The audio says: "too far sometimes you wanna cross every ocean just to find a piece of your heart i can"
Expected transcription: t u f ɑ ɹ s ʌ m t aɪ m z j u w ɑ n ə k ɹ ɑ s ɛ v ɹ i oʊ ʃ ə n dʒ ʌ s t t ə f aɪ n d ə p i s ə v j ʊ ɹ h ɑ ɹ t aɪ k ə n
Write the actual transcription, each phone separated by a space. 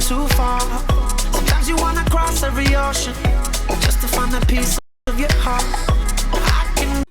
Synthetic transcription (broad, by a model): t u f ɑ ɹ s ʌ m t aɪ m z j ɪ w ɑ n ə k ɹ ɑ s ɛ v ɹ i oʊ ʃ ə n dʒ ʌ s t t ə f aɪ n ə p i s ə v j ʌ ɹ h ɑ ɹ t aɪ k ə n